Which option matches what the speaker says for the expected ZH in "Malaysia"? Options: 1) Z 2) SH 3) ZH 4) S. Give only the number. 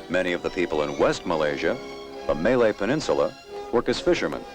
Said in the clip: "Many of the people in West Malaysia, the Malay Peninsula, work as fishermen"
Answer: 3